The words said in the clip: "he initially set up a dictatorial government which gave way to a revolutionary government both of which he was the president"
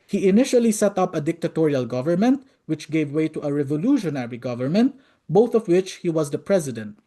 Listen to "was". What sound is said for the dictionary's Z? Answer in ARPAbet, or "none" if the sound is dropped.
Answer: Z